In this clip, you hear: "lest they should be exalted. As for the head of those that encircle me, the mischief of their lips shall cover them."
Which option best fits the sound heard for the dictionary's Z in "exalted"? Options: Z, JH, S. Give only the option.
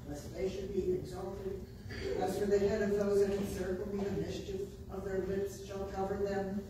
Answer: Z